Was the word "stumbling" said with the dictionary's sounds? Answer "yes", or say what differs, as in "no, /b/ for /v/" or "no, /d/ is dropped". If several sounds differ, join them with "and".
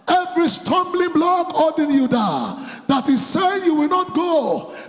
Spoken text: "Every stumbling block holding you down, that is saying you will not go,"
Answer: yes